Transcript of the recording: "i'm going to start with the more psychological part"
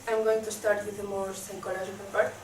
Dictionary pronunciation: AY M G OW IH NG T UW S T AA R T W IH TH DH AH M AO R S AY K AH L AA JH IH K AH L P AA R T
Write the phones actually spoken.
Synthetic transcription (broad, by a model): AY M G OW IH NG T UW S T AA R T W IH DH AH M AO R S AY K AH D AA ZH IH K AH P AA R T